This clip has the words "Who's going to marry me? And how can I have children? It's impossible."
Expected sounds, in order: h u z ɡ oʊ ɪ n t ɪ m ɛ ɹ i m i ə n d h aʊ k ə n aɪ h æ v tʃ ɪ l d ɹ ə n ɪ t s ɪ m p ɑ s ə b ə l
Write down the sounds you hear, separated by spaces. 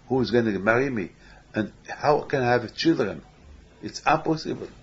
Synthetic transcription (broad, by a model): h u z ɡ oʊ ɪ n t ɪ m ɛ ɹ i m i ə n h aʊ k ə n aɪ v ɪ tʃ ɪ l d ɹ ə n ɪ t s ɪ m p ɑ s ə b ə l